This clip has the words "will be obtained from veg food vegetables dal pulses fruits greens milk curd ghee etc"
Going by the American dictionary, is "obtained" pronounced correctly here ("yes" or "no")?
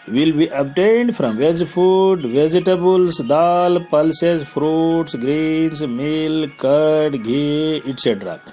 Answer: yes